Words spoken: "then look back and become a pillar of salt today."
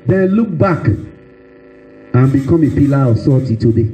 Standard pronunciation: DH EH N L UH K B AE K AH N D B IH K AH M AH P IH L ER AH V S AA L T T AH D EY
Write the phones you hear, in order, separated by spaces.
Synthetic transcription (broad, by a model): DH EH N L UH K B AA K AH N B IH K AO M AH P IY L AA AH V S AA T T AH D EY